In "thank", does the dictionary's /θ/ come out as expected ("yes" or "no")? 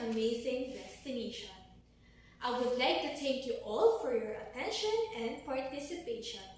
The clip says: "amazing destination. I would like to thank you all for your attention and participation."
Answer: no